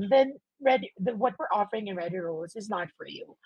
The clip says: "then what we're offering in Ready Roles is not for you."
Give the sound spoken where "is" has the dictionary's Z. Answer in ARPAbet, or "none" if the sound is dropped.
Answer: Z